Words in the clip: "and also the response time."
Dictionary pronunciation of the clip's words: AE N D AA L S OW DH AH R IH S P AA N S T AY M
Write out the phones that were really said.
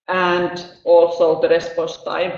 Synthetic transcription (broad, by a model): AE N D AA L S OW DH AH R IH S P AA S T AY